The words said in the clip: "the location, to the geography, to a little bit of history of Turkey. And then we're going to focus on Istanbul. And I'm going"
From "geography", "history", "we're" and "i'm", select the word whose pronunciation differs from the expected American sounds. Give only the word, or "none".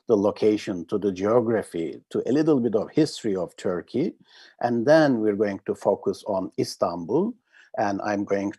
none